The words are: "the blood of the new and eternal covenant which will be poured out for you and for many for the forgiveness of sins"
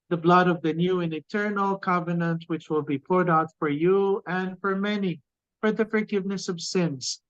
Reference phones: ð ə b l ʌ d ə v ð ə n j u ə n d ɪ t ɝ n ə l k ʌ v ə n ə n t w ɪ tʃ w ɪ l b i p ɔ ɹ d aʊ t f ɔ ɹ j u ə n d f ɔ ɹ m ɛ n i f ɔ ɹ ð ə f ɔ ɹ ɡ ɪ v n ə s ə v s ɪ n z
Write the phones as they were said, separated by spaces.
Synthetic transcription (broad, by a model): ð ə b l ʌ d ə v ð ə n j u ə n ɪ t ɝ n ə l k ʌ v ə n ə n t w ɪ tʃ w ɪ l b i p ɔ ɹ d aʊ t f ɔ ɹ j u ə n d f ɔ ɹ m ɛ n i f ɔ ɹ ð ə f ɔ ɹ ɡ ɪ v n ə s ə v s ɪ n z